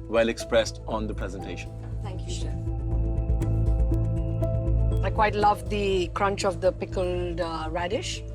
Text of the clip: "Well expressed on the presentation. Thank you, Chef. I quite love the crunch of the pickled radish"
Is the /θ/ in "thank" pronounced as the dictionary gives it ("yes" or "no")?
no